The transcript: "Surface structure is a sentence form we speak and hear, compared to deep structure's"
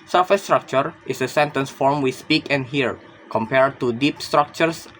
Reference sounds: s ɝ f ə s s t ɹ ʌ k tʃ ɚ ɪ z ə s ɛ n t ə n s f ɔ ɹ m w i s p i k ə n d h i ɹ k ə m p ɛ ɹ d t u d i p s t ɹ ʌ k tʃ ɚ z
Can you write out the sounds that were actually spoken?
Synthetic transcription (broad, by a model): s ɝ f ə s s t ɹ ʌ k tʃ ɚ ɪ s ə s ɛ n t ə n s f ɔ ɹ m w i s p i k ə n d h i ɹ k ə m p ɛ ɹ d t u d i p s t ɹ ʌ k tʃ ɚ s